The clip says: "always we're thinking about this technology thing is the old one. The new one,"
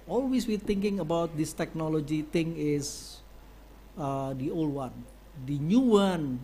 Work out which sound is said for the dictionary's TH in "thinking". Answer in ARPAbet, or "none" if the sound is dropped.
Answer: T